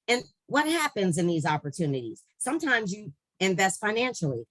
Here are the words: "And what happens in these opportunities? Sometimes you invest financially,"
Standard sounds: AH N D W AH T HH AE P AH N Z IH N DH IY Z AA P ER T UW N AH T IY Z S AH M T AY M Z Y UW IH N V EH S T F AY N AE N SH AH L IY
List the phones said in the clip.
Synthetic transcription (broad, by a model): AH N W AH T HH AE P AH N Z IH N DH IY Z AA P ER T UW N AH T IY Z S AH M T AY M Z Y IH IH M V EH S T F AY N AE N SH L IY